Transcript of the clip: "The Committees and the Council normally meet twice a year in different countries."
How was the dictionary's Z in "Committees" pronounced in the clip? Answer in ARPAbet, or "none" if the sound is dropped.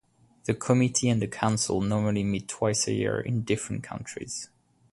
none